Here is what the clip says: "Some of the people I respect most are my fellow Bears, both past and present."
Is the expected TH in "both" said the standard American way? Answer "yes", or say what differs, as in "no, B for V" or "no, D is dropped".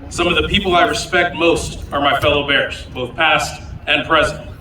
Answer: yes